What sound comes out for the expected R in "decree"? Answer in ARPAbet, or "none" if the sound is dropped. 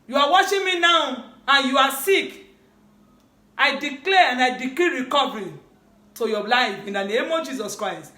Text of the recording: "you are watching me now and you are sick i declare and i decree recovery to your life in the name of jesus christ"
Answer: L